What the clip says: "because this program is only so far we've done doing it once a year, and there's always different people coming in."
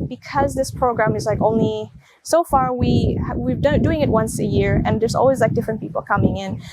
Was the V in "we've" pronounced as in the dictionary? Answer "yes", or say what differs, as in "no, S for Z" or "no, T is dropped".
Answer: no, W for V